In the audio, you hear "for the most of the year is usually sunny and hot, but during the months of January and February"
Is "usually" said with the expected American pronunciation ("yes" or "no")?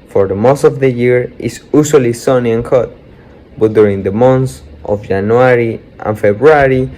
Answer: no